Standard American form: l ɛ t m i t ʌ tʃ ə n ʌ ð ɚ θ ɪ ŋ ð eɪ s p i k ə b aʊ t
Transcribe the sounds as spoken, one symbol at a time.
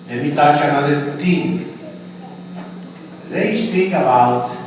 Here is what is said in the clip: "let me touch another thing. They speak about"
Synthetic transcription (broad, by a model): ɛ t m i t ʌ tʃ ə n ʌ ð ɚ t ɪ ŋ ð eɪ s p i k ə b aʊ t